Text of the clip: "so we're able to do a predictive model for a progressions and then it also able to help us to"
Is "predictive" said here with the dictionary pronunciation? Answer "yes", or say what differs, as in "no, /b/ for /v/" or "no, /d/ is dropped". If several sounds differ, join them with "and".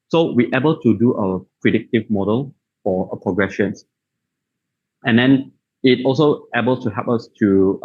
yes